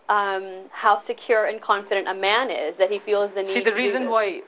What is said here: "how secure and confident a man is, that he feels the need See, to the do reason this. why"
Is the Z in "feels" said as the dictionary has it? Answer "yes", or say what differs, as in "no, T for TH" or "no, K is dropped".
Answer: yes